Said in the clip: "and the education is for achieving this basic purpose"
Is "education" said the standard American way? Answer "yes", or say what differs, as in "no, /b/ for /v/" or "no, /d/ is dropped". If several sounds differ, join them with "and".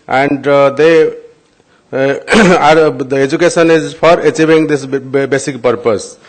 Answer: no, /s/ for /ʃ/